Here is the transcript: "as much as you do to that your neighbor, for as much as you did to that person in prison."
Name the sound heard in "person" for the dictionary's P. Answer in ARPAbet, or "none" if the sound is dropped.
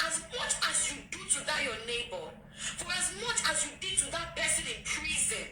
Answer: B